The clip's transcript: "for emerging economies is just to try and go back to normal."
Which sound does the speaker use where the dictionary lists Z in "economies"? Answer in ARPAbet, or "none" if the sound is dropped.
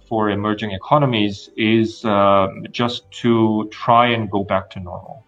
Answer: Z